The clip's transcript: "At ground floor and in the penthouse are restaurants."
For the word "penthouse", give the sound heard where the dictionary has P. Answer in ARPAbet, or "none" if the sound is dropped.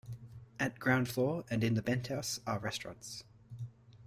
B